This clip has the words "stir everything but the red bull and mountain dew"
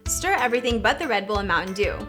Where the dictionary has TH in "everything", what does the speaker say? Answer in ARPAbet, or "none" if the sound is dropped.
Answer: TH